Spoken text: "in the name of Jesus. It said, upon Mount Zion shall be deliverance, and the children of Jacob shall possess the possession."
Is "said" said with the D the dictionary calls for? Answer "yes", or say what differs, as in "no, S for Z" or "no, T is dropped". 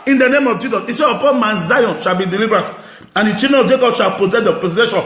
no, D is dropped